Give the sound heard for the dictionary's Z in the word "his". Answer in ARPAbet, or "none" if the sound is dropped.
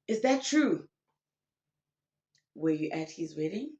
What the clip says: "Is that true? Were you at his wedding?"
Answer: Z